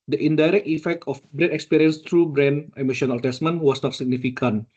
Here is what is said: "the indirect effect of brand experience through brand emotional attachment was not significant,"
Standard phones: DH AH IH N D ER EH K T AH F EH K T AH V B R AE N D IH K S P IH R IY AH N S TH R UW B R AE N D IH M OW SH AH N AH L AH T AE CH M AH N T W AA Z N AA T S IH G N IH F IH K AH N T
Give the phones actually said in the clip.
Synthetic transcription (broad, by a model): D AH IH N D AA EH K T AH F EH K T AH F B R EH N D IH K S P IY R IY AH N S T R UW B R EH N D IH M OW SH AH N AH L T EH S M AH N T W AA S N AA T S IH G N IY F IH K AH N